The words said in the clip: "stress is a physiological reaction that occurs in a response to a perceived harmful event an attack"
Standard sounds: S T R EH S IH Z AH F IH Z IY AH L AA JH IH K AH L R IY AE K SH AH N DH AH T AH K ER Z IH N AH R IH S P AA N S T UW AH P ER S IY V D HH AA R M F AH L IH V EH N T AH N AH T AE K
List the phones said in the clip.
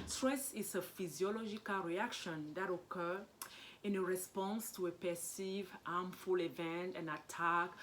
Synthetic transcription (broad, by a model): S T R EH S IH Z AH F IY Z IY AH L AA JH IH K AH L R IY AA K SH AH N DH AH T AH K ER IH N AH R IH S P AA N S T UW AH P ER S IY V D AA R M F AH L IH V EH N T AH N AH T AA K